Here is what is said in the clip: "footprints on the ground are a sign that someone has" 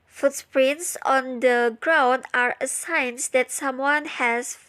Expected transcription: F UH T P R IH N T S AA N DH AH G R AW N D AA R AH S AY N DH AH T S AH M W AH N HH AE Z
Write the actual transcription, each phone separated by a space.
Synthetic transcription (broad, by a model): F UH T P R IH N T S AA N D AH G R AW N D AA R AH S AY N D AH T S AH M W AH N HH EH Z